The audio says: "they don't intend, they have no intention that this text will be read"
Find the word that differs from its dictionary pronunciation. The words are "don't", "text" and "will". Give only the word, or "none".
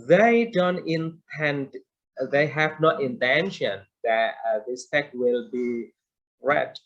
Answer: text